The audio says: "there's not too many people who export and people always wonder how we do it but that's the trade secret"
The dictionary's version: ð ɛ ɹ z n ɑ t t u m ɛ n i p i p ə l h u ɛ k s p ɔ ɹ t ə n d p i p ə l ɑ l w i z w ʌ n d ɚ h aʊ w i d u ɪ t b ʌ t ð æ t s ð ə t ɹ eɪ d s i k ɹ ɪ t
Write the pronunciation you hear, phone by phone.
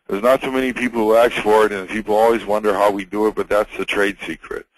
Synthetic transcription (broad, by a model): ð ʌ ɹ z n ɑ t s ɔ m ɛ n i p i p l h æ k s f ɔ ɹ t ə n p i p l ɑ l w i z w ʌ n d ɚ h aʊ w i d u ɪ t b ʌ t ð æ t s ð ə t ɹ eɪ d s i k ɹ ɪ t